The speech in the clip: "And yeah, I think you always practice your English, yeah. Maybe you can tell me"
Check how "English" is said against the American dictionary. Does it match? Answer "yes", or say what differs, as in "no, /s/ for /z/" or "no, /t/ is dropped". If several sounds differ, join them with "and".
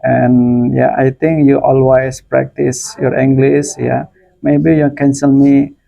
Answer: no, /s/ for /ʃ/